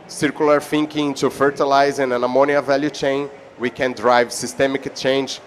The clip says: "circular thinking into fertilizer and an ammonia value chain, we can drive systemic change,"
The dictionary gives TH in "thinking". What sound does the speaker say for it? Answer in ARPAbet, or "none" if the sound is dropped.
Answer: F